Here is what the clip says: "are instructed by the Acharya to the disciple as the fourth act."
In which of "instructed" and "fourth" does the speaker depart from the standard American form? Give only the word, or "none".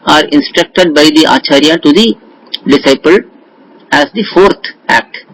fourth